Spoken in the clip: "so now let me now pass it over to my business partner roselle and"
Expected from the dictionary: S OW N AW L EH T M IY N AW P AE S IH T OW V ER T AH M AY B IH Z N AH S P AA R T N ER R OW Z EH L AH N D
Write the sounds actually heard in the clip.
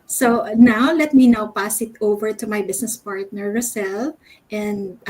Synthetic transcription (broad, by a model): S OW N AW L EH T M IY N AW P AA S IH T OW V ER T AH M AY B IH S N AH S P AA R T N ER R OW S EH L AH N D